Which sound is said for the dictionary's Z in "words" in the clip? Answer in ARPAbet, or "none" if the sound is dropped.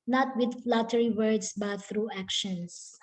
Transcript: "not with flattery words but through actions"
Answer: S